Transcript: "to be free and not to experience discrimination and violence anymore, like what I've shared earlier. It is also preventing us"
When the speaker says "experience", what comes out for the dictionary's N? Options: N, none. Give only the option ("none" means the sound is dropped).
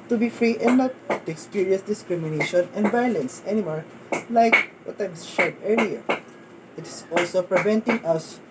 none